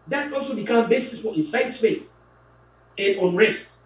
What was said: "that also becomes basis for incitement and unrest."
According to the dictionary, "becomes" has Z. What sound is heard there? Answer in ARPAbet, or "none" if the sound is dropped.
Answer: none